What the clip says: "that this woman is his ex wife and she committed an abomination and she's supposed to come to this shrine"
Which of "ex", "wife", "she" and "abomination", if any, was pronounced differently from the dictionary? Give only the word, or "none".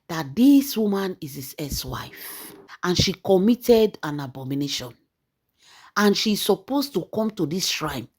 ex